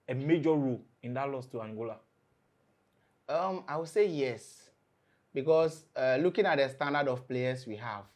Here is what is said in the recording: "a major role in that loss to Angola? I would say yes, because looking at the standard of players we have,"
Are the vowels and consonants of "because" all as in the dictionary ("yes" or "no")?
no